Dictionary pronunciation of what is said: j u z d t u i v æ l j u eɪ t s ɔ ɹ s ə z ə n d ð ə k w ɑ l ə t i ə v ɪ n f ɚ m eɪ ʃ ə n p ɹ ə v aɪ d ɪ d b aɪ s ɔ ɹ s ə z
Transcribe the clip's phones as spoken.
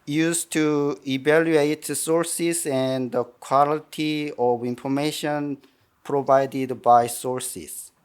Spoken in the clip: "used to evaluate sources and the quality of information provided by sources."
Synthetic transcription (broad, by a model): j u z t u i v æ l j u eɪ t s ɔ ɹ s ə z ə n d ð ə k w ɑ l ə t i ə v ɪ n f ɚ m eɪ ʃ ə n p ɹ ə v aɪ d ɪ d b aɪ s ɔ ɹ s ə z